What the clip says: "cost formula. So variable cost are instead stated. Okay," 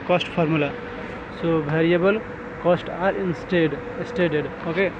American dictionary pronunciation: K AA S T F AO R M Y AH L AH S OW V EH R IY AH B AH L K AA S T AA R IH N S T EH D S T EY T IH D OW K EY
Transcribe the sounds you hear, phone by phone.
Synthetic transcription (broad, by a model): K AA S T P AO R M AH L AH S OW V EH R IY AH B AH L K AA S T AA R IH N S T EH D S T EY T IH D OW K EY